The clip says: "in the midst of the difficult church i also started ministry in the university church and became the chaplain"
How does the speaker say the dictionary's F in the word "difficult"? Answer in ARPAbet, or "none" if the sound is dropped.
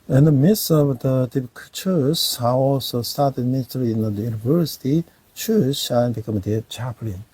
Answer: P